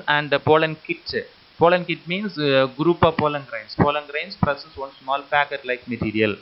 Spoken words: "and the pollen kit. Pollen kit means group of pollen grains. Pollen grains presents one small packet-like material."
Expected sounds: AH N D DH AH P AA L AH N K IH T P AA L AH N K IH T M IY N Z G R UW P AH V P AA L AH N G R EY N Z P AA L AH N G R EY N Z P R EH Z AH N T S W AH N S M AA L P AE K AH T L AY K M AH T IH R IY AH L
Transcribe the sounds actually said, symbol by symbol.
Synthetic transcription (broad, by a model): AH N D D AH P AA L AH N K IH T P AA L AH N K IH T M IY N S G R UW P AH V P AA L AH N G R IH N S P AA L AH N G R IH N S P R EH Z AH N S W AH N S M AA L P AE K AH T L AY K M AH T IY R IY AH L